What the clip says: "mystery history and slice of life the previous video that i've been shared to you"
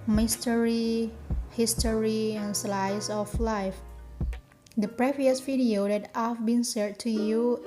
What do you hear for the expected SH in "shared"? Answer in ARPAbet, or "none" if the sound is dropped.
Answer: S